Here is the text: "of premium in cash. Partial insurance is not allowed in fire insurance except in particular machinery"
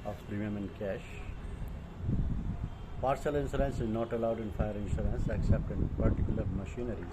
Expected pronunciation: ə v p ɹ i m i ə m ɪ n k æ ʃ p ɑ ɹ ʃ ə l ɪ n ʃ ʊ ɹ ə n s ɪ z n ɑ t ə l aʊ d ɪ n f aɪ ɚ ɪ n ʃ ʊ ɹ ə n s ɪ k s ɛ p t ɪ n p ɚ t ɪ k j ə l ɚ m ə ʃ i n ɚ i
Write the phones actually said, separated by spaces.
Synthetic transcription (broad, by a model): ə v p ɹ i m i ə m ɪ n k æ ʃ p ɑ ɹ s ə l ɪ n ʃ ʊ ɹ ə n s ɪ z n ɑ t ə l aʊ d ɪ n f aɪ ɚ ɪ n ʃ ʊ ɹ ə n s ɪ k s ɛ p t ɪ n p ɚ t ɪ k j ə l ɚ m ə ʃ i n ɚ i